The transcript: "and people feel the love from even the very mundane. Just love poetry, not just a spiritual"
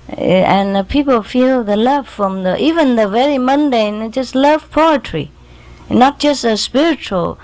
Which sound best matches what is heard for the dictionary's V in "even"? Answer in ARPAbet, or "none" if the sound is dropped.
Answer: V